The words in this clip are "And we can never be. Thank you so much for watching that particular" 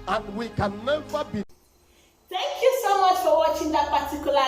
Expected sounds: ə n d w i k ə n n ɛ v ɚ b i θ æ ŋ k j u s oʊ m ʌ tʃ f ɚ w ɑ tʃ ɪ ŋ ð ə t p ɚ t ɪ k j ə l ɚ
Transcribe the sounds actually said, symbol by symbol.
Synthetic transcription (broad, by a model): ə n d w i k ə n n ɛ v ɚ b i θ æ ŋ k j u s oʊ m ʌ tʃ f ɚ w ɑ tʃ ɪ ŋ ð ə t p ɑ t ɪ k j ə l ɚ